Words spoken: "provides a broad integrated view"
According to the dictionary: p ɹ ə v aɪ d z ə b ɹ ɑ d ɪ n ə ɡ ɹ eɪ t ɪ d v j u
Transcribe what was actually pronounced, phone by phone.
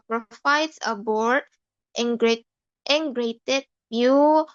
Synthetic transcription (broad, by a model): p ɹ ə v aɪ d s ə b ɑ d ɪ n ɡ ɹ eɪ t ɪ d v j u